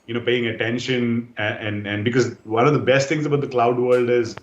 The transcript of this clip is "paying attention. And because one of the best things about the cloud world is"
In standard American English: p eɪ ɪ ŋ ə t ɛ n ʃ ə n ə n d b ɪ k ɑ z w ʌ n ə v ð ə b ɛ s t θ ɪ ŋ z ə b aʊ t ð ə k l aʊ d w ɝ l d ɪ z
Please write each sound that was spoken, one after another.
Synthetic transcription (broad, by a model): p eɪ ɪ ŋ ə t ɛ n ʃ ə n ə n d b ɪ k ɑ z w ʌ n ə v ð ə b ɛ s t t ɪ ŋ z ə b aʊ t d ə k l aʊ d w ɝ l d ɪ z